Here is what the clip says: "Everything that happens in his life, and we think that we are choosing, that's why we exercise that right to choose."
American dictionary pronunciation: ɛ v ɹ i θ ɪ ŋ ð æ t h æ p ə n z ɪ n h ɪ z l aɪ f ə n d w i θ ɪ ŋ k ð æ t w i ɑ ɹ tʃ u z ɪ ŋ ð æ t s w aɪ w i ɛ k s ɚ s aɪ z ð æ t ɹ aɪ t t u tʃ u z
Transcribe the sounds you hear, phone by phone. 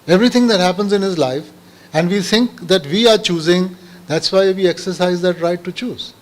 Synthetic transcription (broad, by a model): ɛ v ɹ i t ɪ ŋ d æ t h æ p ə n z ɪ n h ɪ z l aɪ f ə n d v i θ ɪ ŋ k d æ t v i ɑ ɹ tʃ u z ɪ ŋ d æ t s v aɪ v i ɛ k s ɚ s aɪ z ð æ t ɹ aɪ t t u tʃ u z